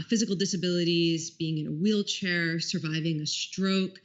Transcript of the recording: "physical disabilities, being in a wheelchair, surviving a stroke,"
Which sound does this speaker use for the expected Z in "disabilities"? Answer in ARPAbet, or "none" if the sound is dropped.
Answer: Z